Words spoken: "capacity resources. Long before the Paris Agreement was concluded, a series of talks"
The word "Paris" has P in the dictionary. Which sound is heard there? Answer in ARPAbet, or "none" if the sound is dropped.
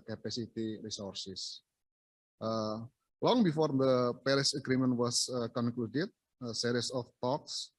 P